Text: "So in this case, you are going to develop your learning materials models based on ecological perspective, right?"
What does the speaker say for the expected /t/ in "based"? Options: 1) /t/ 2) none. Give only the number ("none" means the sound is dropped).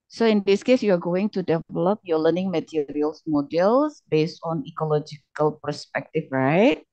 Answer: 1